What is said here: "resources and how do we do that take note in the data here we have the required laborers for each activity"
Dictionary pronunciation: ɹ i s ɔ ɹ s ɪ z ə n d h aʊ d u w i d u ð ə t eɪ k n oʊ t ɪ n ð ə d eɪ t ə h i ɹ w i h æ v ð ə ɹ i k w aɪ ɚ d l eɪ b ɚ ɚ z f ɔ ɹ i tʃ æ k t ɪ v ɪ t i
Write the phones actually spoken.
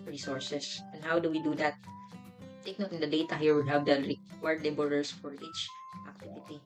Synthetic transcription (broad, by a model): ɹ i s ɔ ɹ s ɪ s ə n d h aʊ d u w i d u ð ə t eɪ k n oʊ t ɪ n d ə d eɪ t ə h i ɹ w i h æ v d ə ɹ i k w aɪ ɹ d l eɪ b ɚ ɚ s f ɔ ɹ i tʃ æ k t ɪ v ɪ t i